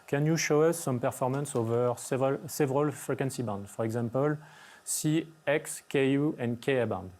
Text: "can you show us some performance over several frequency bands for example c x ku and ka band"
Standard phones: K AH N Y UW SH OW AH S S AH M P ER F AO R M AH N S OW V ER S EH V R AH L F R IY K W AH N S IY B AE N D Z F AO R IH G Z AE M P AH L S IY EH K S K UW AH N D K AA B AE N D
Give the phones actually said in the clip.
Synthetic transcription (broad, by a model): K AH N Y UW SH OW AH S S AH M P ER F AO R M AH N S OW V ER S EH V R AH L F R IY K W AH N S IY B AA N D F AO R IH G Z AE M P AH L S IY EH K S K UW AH N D K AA B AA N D